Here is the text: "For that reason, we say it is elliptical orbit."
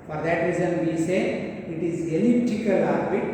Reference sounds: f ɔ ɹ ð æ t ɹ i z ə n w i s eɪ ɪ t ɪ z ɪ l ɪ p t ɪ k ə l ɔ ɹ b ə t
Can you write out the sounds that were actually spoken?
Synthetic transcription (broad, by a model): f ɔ ɹ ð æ t ɹ i z ə n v i s eɪ ɪ t ɪ z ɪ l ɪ t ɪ k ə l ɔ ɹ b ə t